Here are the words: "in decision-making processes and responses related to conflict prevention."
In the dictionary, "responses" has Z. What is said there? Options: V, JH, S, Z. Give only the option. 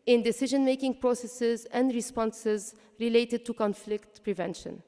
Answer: Z